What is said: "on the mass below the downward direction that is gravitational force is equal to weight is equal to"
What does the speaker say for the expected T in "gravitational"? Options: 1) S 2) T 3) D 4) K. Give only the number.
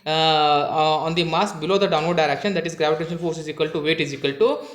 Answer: 2